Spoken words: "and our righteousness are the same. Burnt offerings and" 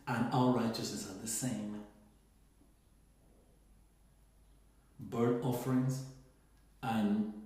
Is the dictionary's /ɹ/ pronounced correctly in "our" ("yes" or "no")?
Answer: no